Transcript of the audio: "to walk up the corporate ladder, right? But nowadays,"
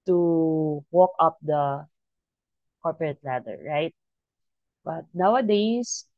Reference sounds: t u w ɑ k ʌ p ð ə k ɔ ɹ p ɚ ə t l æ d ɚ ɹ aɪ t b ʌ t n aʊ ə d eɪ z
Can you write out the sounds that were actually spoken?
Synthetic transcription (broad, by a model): t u w ɑ k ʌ p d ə k ɔ ɹ p ɚ ə t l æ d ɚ ɹ aɪ t b ʌ t n aʊ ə d eɪ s